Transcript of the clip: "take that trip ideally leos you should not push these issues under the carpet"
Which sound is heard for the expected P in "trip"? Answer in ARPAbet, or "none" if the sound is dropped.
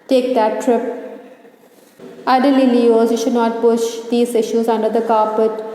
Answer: P